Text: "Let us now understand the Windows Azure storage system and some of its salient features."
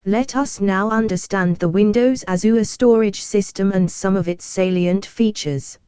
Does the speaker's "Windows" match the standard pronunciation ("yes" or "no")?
yes